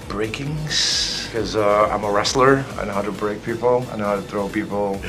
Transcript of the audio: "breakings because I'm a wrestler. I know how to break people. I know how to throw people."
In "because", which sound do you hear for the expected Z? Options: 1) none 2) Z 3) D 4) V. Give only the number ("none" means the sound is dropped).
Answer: 1